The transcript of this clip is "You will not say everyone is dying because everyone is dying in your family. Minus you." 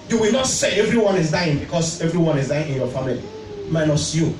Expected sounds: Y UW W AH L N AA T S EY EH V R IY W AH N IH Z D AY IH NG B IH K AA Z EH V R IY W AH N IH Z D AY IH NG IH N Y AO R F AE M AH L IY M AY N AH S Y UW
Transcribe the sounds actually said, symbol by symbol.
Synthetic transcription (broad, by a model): Y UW W AH L N AA T S EY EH V R IY W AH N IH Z D AY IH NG B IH K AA S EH V R IY W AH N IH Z D AY IH NG IH N Y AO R F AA M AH L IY M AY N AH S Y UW